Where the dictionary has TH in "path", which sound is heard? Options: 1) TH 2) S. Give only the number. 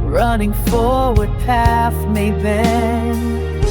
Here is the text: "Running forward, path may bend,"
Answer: 2